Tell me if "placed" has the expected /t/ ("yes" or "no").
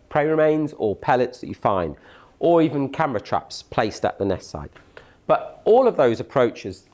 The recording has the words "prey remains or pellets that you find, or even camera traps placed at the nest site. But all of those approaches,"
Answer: yes